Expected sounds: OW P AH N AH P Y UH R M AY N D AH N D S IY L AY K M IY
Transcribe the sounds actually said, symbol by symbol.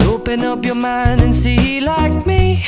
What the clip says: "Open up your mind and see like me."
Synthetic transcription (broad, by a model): OW P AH N AH P Y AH R M AY N D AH N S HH IY L AY K M IY